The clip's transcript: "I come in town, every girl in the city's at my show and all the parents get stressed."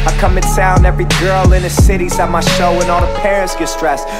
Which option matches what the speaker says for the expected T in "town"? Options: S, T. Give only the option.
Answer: S